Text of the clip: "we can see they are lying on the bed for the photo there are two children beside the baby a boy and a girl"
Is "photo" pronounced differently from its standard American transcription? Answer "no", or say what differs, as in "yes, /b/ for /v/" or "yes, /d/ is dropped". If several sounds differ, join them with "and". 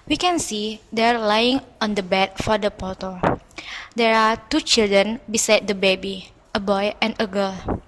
yes, /p/ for /f/